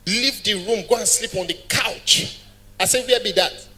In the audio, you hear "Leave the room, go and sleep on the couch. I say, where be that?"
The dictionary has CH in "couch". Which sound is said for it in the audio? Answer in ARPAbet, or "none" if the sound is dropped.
CH